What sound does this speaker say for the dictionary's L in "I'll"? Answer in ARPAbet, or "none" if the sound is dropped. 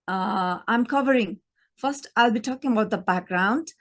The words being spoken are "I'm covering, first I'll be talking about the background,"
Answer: L